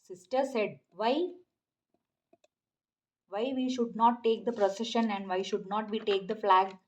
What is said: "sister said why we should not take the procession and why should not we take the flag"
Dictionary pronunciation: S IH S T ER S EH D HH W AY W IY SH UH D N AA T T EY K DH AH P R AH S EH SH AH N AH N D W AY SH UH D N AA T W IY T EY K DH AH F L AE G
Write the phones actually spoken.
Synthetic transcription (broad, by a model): S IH S T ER S EH D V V AY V IY SH UH D N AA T T EY K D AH P R AH S EH SH AH N AH N D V AY SH UH D N AA T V IY T EY K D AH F L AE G